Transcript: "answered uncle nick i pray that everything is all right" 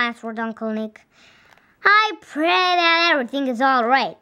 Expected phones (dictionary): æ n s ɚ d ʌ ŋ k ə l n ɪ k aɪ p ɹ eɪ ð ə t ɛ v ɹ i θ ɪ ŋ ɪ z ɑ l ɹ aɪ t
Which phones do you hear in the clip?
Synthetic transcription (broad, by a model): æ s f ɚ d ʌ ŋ k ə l n ɪ k aɪ p ɹ eɪ ð ə t ɛ v ɹ i θ ɪ ŋ ɪ z ɑ l ɹ aɪ t